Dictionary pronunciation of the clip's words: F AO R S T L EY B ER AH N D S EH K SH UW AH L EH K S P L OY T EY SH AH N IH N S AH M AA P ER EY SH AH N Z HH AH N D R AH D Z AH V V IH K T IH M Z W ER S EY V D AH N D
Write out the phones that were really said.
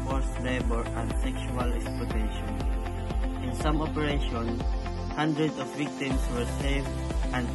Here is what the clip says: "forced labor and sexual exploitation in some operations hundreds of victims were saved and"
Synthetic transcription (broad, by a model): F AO R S L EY B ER AH N D S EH K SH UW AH L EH K S P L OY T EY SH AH N IH N S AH M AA P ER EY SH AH N HH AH N D R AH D AH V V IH K T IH M S W ER S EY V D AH N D